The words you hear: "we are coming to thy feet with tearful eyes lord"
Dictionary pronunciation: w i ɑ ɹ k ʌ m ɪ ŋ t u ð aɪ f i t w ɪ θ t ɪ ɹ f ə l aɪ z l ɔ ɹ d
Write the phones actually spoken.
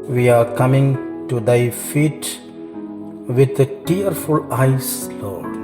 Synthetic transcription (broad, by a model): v i ɑ ɹ k ʌ m ɪ ŋ t u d aɪ f i t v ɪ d t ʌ ɹ f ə l aɪ s l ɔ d